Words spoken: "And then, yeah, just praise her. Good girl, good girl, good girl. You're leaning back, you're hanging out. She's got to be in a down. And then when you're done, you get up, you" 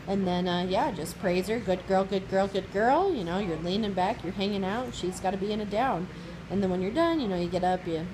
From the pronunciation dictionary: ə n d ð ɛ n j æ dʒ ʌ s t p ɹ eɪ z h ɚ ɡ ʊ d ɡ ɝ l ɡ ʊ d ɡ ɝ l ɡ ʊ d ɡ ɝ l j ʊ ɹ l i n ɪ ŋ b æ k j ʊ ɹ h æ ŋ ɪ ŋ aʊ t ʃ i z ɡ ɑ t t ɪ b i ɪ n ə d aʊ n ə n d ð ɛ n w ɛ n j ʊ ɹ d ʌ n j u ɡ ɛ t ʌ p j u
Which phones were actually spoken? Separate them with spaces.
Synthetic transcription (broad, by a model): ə n ð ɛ n j æ dʒ ʌ s p ɹ eɪ z ɚ ɡ ʊ d ɡ ɝ l ɡ ʊ d ɡ ɝ l ɡ ʊ d ɡ ɝ l j ʊ ɹ l i n ɪ ŋ b æ k j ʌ ɹ h æ ŋ ɪ ŋ aʊ t ʃ i z ɡ ɑ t t ɪ b i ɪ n ə d aʊ n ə n ð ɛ n w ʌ n j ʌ ɹ d ʌ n j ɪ ɡ ɛ t ʌ p j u